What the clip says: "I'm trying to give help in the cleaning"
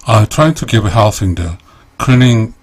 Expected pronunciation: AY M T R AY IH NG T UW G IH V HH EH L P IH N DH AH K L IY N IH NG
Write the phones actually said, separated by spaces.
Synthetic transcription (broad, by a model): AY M T R AY IH NG T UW G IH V HH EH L F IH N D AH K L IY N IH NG